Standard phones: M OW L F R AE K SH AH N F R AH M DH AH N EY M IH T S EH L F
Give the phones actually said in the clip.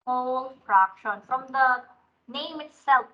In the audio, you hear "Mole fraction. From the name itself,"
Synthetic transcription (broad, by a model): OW L P R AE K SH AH N F R AH M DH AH N EY M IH T S EH L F